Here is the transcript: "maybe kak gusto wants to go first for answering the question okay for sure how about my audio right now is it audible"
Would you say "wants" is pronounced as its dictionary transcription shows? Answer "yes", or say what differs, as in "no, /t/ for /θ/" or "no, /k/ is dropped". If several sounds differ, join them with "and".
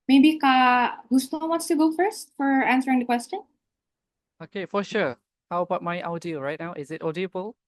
no, /n/ is dropped